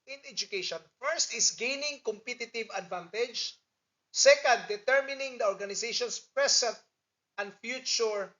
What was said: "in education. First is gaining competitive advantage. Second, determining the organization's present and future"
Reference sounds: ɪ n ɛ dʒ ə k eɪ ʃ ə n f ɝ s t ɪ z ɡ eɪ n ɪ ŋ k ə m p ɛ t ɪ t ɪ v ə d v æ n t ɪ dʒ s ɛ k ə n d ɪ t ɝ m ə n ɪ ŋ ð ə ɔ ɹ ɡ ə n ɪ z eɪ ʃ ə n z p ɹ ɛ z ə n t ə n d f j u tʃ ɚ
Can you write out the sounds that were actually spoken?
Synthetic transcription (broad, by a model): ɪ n ɛ dʒ ə k eɪ ʃ ə n f ɝ s t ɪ s ɡ eɪ n ɪ ŋ k ə m p ɛ t ɪ t ɪ v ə d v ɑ n t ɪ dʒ s ɛ k ə n d ɪ t ɝ m ə n ɪ ŋ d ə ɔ ɹ ɡ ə n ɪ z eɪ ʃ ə n s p ɹ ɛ s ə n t ə n d f j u tʃ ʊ